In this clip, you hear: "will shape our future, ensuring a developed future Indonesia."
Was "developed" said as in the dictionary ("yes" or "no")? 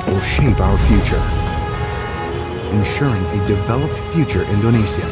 yes